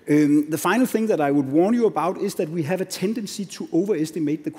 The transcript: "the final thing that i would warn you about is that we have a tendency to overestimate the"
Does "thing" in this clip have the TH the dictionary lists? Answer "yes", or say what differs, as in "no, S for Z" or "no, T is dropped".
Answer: yes